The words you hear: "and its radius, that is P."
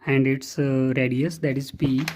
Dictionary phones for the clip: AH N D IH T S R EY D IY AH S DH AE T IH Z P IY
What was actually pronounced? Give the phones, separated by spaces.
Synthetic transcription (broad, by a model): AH N D IH T S R EY D IY AH S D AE T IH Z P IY